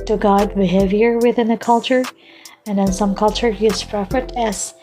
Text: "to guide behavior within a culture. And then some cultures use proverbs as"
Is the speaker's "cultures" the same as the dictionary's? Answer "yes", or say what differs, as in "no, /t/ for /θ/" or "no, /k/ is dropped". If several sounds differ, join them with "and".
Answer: no, /z/ is dropped